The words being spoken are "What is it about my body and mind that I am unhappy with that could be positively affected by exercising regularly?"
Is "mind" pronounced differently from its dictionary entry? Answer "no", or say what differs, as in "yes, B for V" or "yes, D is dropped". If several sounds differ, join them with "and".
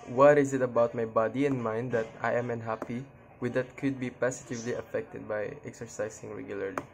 no